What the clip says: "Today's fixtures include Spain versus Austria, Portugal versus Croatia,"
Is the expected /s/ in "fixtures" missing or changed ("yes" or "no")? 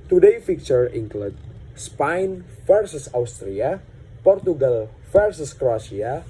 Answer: yes